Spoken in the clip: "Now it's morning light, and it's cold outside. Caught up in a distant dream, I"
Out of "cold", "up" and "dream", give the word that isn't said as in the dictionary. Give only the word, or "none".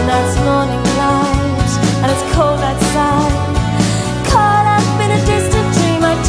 up